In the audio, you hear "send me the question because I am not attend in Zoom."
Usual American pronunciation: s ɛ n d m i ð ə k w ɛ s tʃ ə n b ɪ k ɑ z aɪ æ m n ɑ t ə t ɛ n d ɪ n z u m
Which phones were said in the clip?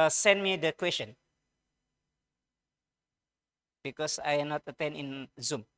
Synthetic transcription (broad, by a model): s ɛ n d m i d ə k w ɛ s tʃ ə n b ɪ k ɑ s aɪ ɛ n ɑ t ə t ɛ n ɪ n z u m